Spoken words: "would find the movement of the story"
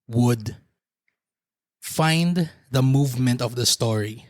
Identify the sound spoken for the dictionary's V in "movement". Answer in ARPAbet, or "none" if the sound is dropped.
V